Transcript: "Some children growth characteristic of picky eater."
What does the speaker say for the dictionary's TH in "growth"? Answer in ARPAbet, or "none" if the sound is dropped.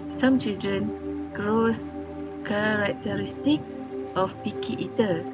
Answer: S